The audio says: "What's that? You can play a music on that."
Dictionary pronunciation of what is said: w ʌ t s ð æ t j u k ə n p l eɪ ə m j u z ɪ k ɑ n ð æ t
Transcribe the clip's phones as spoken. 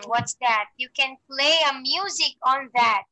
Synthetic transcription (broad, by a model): w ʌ t s ð æ t j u k ə n p l eɪ ə m j u z ɪ k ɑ n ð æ t